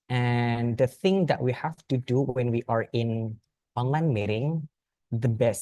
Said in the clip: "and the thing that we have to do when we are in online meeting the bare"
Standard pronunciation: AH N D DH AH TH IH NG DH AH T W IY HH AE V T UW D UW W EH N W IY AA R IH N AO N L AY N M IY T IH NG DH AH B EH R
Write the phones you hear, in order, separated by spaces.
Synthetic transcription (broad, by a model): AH N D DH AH TH IH NG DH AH T W IY HH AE F T UW D UW W EH N W IY AA R IH N AO N L AY N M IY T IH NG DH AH B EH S